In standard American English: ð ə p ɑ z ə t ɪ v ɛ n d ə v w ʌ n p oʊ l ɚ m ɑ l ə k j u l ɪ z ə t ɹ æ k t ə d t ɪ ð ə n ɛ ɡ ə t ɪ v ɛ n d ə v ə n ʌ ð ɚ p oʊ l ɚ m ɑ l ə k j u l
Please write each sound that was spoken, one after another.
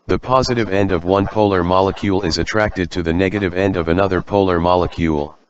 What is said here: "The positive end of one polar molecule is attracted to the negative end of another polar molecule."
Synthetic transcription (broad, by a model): ð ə p ɑ z ə t ɪ v ɛ n d ə v w ʌ n p oʊ l ɚ m ɑ l ə k j u l ɪ z ə t ɹ æ k t ə d t ɪ ð ə n ɛ ɡ ə t ɪ v ɛ n d ə v ə n ʌ ð ɚ p oʊ l ɚ m ɑ l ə k j u l